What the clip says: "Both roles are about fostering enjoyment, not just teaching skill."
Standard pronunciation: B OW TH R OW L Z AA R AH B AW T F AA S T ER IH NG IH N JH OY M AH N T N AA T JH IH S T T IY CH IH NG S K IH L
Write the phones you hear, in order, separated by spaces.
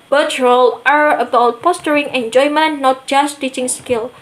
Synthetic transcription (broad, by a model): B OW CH R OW L AA R AH B AW T P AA S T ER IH NG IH N JH OY M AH N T N AA T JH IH S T T IY CH IH NG S K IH L